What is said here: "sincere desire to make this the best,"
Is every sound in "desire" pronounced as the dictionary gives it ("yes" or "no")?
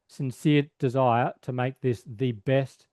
yes